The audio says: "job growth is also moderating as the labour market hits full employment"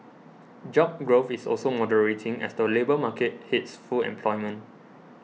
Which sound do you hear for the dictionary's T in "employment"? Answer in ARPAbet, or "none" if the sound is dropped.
none